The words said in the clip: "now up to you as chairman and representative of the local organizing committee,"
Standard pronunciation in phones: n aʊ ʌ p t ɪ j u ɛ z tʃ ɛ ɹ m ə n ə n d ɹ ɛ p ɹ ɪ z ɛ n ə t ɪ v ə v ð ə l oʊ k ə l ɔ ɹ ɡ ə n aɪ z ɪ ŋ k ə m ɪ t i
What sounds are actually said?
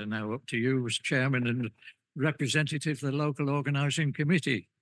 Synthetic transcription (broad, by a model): n aʊ ʌ p t ɪ j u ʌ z tʃ ɛ ɹ m ə n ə n ɹ ɛ p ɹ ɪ z ɛ n t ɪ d ə v ð ə l oʊ k ə l ɔ ɹ ɡ ə n aɪ z ɪ ŋ k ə m ɪ t i